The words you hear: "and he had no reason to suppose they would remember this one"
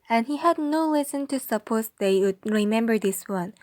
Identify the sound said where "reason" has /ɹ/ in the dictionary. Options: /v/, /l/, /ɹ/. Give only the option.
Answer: /l/